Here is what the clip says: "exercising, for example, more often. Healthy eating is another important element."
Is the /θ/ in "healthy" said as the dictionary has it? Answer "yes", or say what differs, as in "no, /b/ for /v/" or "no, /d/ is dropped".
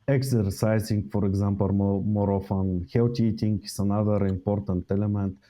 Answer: no, /t/ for /θ/